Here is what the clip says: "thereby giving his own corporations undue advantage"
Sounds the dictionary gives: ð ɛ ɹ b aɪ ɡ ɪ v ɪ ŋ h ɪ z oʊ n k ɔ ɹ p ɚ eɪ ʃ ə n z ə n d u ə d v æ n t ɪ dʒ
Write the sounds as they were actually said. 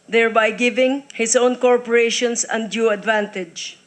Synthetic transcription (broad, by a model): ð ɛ ɹ b aɪ ɡ ɪ v ɪ ŋ h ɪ s oʊ n k ɔ ɹ p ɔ eɪ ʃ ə n s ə n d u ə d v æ n t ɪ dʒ